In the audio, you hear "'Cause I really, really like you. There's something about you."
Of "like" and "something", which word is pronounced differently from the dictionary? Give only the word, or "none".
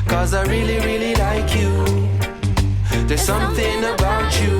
none